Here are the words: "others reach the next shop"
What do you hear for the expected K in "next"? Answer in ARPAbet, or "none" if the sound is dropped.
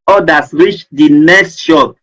K